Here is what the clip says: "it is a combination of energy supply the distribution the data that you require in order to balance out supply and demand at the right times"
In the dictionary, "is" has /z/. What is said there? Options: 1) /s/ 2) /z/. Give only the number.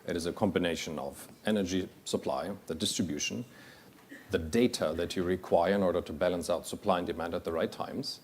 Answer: 2